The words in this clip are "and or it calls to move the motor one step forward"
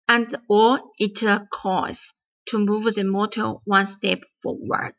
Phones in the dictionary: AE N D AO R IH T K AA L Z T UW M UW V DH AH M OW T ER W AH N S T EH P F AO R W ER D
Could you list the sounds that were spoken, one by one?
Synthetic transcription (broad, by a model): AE N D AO L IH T K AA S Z T UW M UW V DH AH M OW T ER W AH N S T EH P F AO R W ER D